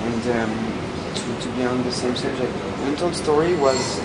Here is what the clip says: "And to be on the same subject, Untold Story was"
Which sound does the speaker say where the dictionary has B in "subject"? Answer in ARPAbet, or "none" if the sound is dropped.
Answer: none